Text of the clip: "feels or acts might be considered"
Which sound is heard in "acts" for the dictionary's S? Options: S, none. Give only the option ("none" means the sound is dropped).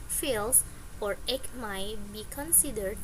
none